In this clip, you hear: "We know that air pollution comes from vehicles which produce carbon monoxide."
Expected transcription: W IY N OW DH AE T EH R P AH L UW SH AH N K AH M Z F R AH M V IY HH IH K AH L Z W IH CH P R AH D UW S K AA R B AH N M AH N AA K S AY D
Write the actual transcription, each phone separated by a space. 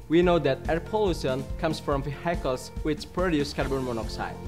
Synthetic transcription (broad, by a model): W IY N OW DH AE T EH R P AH L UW S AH N K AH M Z F R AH M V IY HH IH K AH L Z W IH CH P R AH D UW S K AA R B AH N M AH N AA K S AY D